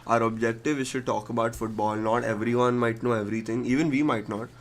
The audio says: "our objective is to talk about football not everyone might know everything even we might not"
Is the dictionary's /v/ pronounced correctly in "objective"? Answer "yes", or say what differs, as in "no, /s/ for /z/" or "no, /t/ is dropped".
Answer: yes